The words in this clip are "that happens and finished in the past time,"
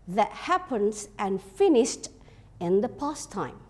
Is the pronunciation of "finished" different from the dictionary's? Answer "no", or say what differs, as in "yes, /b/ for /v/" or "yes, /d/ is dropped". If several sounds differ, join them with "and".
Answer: no